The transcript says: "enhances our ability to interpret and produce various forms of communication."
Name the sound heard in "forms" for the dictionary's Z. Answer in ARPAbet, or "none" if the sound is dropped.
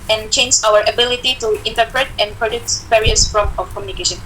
none